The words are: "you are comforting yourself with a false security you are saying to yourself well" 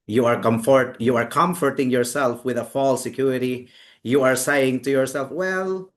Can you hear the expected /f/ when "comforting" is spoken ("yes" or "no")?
yes